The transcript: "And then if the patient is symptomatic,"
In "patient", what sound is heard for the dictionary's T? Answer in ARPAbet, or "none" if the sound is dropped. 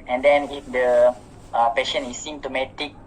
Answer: none